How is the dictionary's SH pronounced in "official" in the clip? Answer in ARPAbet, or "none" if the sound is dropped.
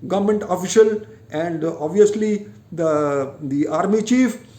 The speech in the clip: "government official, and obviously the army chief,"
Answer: SH